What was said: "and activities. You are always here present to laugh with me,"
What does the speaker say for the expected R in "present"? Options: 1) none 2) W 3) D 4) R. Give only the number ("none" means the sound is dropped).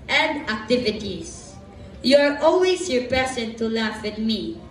1